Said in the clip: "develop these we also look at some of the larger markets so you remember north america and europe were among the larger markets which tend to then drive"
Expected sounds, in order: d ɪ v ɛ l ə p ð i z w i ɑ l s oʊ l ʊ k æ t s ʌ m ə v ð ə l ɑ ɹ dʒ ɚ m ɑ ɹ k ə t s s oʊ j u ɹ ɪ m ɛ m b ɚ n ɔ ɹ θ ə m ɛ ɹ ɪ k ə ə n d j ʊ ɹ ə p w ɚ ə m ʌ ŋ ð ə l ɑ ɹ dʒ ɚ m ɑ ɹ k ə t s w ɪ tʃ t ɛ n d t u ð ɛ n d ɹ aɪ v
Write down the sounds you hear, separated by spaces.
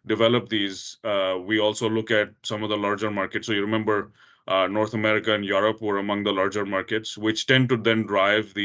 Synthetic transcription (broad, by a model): d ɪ v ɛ l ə p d i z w i ɑ l s oʊ l ʊ k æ t s ʌ m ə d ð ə l ɑ ɹ dʒ ɚ m ɑ ɹ k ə t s s oʊ j u ɹ ɪ m ɛ m b ɚ n ɔ ɹ t ə m ɛ ɹ ɪ k ə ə n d j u ɹ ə p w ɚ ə m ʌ ŋ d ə l ɑ ɹ dʒ ɚ m ɑ ɹ k ə t s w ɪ tʃ t ɛ n d t u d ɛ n d ɹ aɪ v